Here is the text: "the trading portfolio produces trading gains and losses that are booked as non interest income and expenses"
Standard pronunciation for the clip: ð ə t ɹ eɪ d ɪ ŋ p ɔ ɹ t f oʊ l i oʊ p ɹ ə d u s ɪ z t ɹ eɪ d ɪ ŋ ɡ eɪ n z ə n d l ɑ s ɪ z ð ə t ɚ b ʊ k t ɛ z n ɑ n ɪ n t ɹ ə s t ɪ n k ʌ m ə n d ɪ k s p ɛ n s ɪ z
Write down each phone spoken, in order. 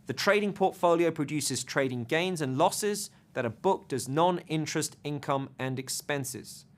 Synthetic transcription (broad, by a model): ð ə t ɹ eɪ d ɪ ŋ p ɔ t f oʊ l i oʊ p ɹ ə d u s ɪ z t ɹ eɪ d ɪ ŋ ɡ eɪ n z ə n l ɑ s ɪ z ð ə t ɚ b ʊ k t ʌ z n ɑ n ɪ n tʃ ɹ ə s t ɪ n k ʌ m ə n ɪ k s p ɛ n s ɪ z